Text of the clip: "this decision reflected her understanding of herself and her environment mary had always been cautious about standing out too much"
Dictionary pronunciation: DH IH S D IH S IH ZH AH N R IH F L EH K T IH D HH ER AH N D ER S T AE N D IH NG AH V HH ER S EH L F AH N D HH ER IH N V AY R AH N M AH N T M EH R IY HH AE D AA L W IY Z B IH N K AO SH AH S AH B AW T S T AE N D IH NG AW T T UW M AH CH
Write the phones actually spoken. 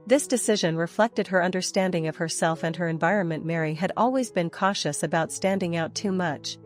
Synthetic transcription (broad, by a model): DH IH S D IH S IH ZH AH N R IH F L EH K T IH D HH ER AH N D ER S T AE N D IH NG AH V HH ER S EH L F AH N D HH ER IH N V AY R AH N M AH N M EH R IY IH D AA L W IY Z B IH N K AO SH AH S AH B AW T S T AE N D IH NG AW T T UW M AH CH